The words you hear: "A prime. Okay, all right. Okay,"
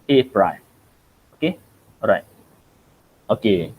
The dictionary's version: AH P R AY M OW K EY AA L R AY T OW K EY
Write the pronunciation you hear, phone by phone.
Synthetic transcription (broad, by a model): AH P R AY OW K EY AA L R AY T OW K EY